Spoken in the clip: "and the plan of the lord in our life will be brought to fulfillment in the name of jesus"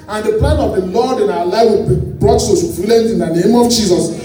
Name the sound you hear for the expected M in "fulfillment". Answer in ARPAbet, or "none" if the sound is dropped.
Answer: none